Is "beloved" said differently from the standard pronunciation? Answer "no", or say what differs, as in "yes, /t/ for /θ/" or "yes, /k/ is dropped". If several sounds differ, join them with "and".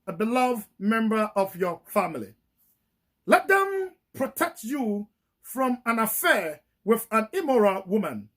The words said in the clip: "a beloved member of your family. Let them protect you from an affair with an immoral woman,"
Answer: no